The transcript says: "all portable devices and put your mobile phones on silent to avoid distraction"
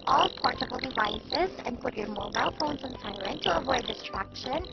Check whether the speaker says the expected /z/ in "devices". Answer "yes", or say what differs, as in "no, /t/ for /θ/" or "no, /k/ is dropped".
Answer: yes